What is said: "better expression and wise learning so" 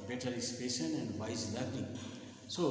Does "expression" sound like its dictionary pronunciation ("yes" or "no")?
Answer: no